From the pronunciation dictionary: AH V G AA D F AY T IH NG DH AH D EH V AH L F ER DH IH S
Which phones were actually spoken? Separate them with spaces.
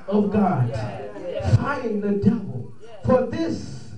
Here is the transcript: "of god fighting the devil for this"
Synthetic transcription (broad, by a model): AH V G AA D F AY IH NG DH AH D EH V AH L F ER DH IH S